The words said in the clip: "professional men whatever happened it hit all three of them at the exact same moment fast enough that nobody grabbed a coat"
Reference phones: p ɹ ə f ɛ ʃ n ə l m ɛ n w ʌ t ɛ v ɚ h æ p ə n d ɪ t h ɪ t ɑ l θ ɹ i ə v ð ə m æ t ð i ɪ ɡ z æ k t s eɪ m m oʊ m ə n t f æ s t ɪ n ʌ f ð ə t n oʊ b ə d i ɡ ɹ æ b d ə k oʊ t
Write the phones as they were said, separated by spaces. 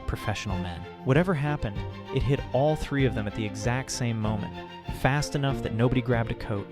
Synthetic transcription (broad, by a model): p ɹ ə f ɛ ʃ n l m ɛ n w ʌ t ɛ v ɚ h æ p ə n d ɪ t h ɪ t ɑ l θ ɹ i ə v ð ə m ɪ t ð i ɪ ɡ z æ k t s eɪ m m oʊ m ə n t f æ s t ɪ n ʌ f ð ə t n oʊ b ə d i ɡ ɹ æ b d ə k oʊ t